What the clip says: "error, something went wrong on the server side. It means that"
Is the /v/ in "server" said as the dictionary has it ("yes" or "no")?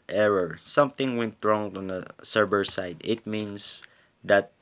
no